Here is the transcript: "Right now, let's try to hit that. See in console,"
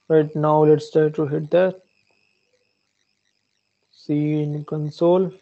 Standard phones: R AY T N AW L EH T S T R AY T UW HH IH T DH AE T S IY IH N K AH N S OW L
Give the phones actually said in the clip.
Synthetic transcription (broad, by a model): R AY T N AW L EH T S T R T UW HH IH T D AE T S IY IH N K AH N S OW L